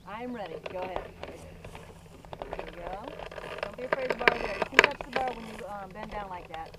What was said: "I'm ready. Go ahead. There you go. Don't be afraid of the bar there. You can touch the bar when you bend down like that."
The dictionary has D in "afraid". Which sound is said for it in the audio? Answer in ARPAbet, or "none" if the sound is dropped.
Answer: none